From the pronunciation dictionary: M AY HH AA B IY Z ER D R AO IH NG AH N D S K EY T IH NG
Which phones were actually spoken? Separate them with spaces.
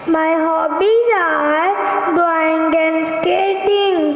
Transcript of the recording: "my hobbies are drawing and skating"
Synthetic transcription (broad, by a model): M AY HH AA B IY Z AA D W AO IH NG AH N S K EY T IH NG